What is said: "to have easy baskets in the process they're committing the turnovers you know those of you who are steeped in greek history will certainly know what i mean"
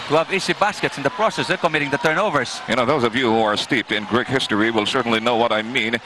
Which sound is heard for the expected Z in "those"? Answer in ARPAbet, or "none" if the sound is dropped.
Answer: Z